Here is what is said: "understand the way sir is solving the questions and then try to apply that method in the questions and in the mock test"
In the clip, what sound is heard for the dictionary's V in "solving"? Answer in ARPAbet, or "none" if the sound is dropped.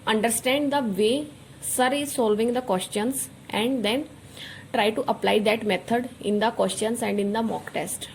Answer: V